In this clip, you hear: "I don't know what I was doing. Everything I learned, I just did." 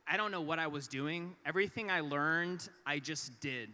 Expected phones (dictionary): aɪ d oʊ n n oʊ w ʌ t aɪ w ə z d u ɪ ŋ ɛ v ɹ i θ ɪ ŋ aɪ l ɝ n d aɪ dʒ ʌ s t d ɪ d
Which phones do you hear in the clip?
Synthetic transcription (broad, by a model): aɪ d oʊ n n oʊ w ʌ t aɪ w ə z d u ɪ ŋ ɛ v ɹ i θ ɪ ŋ aɪ l ɝ n d aɪ dʒ ʌ s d ɪ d